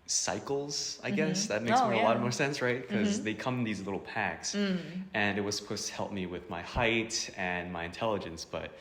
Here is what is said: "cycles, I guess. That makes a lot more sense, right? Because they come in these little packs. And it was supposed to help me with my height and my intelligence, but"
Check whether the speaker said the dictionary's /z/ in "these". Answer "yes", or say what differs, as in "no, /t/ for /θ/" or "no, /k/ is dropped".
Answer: yes